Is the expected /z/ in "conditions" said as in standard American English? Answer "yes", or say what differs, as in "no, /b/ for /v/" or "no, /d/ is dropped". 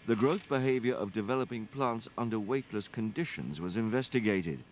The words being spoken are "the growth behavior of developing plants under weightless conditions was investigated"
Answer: yes